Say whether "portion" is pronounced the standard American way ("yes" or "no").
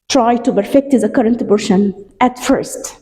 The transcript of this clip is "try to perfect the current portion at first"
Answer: no